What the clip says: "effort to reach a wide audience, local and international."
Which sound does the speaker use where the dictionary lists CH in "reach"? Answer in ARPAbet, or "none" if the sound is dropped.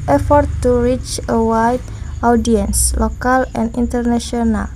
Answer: CH